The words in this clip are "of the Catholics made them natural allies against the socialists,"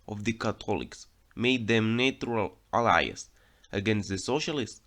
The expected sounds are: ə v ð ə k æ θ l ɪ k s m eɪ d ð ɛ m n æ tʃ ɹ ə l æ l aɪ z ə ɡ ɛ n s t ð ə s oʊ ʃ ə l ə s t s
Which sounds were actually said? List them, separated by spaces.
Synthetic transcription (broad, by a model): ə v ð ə k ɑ t l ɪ k s m eɪ d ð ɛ m n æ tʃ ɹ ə l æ l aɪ s ə ɡ ɛ n s t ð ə s oʊ ʃ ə l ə s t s